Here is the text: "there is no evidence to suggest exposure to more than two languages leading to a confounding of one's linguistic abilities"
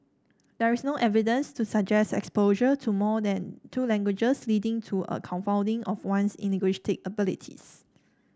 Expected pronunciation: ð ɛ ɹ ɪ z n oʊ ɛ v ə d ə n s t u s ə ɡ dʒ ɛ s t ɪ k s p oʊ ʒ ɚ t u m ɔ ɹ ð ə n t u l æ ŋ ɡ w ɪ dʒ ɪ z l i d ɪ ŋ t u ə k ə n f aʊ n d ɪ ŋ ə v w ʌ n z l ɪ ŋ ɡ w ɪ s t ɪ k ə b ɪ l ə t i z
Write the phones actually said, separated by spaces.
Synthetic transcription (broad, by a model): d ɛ ɹ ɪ s n oʊ ɛ v ə d ə n s t u s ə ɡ dʒ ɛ s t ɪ k s p oʊ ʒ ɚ t u m ɔ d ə n t u l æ ŋ ɡ w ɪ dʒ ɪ s l i d ɪ ŋ t u ə k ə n f aʊ n d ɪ ŋ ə f w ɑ n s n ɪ ɡ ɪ ʃ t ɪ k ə b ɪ l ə t i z